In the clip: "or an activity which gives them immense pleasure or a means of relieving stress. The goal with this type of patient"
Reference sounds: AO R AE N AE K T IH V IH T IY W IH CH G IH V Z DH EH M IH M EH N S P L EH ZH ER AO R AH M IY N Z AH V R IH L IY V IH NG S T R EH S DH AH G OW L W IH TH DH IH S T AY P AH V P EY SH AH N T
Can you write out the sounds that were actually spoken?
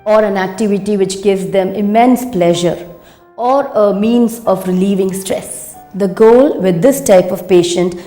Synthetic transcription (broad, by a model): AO R AE N AE K T IH V IH T IY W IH CH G IH V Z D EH M IH M EH N S P L EH ZH ER AO R AH M IY N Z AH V R IH L IY V IH NG S T R EH S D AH G OW L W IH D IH S T AY P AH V P EY SH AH N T